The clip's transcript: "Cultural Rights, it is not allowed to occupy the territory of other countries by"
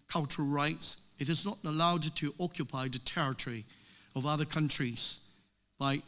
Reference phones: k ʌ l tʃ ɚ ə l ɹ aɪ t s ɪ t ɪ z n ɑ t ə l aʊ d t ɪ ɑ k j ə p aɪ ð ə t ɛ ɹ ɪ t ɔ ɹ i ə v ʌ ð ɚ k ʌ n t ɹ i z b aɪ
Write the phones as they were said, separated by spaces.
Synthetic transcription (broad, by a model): k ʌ l tʃ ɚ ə l ɹ aɪ t s ɪ t ɪ z n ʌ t ə l aʊ d t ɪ ɑ k j ə p aɪ ð ə t ɛ ɹ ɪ t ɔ ɹ i ə v ʌ ð ɚ k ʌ n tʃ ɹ i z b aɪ